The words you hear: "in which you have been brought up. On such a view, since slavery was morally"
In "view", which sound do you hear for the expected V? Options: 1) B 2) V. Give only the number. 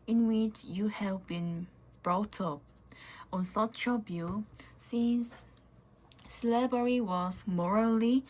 1